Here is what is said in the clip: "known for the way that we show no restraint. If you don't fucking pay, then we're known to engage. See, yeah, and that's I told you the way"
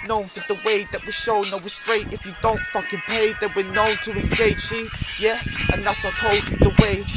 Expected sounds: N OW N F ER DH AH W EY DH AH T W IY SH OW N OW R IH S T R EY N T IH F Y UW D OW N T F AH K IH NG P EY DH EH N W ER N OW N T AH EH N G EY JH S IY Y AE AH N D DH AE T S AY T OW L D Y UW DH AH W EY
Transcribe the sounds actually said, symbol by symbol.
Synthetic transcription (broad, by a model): N OW N F ER DH AH W EY DH AH T W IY SH OW N OW W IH S T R EY T IH F Y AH D OW N T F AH K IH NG P EY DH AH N W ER N OW N T AH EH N G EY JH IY Y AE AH N DH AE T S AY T OW L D DH AH W EY